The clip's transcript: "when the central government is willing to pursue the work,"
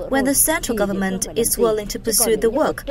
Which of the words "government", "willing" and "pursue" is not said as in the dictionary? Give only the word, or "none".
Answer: none